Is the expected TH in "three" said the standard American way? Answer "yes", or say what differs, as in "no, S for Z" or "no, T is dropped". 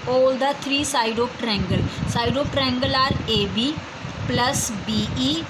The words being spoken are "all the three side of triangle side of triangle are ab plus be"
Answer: no, T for TH